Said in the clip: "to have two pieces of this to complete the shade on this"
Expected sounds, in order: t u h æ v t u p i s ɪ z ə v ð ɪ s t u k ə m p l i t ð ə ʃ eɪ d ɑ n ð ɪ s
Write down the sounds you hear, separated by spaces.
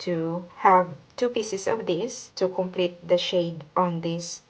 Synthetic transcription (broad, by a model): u h æ v t u p i s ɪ s ə v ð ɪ s t u k ə m p l i t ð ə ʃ eɪ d ɑ n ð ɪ s